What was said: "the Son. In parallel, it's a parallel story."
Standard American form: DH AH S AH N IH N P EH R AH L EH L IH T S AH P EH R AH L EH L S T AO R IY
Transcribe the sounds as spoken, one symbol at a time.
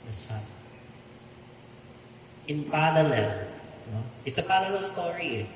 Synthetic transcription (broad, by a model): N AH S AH IH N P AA L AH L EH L IH T S AH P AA L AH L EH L S T AO R IY